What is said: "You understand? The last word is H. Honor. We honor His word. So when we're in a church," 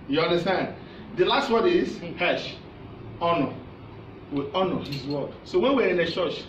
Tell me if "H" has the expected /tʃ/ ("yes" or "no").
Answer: no